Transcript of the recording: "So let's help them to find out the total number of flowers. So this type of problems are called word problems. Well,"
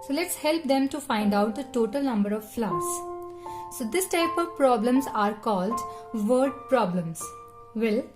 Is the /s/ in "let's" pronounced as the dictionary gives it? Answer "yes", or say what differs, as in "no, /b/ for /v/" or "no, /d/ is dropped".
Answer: yes